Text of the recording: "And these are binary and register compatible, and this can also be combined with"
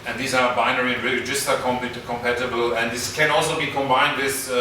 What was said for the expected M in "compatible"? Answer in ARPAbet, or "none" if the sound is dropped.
M